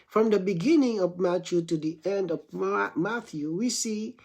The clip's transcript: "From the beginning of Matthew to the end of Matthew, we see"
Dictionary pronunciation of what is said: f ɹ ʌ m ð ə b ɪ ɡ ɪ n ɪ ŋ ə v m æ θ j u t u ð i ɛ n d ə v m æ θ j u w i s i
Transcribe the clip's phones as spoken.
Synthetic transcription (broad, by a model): f ɹ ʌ m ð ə b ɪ ɡ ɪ n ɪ ŋ ə v m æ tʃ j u t u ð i ɛ n d ə v m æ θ j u w i s i